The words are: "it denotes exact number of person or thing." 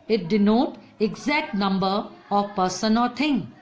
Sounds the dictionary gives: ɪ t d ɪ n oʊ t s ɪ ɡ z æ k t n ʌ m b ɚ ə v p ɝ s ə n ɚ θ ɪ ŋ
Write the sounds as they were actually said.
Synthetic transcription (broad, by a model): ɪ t d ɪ n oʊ t ɪ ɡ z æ k t n ʌ m b ɚ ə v p ɝ s ə n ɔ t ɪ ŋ